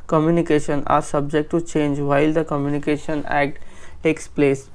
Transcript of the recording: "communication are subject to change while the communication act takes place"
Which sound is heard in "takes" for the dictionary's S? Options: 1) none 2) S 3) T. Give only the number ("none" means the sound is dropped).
2